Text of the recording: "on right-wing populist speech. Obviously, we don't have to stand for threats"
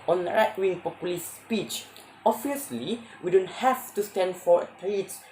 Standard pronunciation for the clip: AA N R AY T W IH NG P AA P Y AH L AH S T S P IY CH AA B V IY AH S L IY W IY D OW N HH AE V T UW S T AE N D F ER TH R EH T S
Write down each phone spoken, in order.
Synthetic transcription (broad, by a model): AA N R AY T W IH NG P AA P Y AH L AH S S P IY CH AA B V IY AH S L IY W IY D OW N HH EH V T UW S T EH N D F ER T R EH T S